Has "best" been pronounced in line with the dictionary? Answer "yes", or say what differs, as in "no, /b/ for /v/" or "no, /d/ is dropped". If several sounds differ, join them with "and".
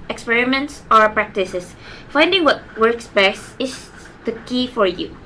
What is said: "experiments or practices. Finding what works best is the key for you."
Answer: no, /t/ is dropped